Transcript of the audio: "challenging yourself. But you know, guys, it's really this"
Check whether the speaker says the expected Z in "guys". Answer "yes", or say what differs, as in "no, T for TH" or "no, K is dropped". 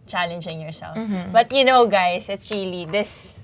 no, S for Z